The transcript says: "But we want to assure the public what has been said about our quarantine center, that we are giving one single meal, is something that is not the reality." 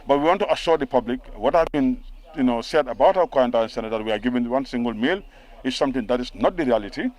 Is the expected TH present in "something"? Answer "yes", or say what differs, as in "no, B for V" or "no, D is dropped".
no, T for TH